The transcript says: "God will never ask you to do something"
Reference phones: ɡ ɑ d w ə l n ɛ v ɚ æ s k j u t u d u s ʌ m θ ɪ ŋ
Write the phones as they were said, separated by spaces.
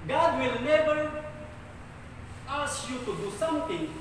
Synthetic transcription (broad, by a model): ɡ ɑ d w ə l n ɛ b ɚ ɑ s j u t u d u s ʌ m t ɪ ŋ